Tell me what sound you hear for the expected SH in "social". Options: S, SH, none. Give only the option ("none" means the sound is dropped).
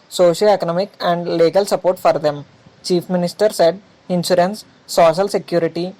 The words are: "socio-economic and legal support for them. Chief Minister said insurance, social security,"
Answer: SH